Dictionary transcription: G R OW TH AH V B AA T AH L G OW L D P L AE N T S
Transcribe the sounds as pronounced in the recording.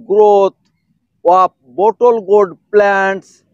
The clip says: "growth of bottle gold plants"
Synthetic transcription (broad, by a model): G R OW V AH P B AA T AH L G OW D P L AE N T S